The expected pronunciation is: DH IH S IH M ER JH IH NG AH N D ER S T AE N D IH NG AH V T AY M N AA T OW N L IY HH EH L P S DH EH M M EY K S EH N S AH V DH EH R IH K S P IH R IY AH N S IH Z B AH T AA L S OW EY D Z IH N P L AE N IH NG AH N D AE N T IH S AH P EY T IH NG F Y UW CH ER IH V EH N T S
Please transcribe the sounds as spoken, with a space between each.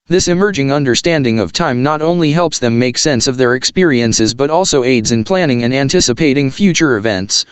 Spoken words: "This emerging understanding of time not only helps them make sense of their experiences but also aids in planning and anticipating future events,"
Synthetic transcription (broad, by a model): DH IH S IH M ER JH IH NG AH N D ER S T AE N D IH NG AH V T AY M N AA T OW N L IY HH EH L P S DH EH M M EY K S EH N S AH V DH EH R IH K S P IH R IY AH N S IH Z B AH T AA L S OW EY D Z IH N P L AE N IH NG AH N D AE N T IH S AH P EY T IH NG F Y UW CH ER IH V EH N T S